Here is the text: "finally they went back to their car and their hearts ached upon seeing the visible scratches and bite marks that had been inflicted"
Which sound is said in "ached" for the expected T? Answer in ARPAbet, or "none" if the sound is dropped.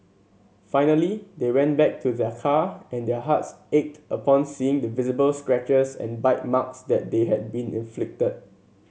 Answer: T